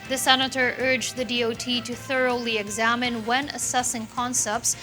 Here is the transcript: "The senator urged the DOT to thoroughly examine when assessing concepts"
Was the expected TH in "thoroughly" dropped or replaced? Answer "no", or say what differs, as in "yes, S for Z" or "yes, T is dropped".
no